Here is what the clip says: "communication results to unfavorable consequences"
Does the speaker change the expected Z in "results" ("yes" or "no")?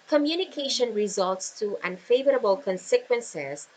no